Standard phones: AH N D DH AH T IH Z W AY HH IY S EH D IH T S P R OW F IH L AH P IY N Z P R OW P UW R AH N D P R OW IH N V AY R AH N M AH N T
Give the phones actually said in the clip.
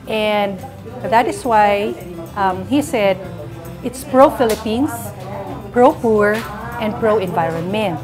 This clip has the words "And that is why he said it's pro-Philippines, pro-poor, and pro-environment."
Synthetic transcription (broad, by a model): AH N D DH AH T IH S W AY HH IY S EH D IH T S P R OW F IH L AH P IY N S P R OW P UW R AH N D P R OW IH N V AY R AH N M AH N